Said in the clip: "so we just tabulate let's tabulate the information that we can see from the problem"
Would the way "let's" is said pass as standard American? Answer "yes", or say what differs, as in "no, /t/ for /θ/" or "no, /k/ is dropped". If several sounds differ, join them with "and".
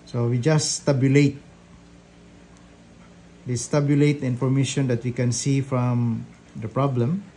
no, /w/ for /l/